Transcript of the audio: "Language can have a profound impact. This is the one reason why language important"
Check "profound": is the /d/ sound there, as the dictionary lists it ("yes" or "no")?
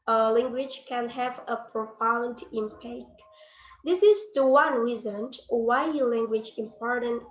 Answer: yes